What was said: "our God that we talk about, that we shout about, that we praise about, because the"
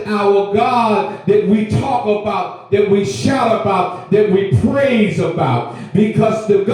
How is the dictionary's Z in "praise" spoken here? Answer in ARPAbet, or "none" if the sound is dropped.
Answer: Z